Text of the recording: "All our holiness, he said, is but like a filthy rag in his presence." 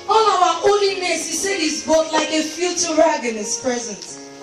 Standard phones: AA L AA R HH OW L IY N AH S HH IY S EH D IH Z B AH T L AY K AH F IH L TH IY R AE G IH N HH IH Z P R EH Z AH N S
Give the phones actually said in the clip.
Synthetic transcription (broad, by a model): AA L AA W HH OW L IY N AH S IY S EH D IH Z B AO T L AY K AH F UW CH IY R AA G IH N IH S P R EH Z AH N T